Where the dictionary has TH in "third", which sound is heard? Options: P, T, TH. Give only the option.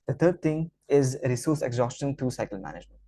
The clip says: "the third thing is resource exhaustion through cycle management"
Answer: T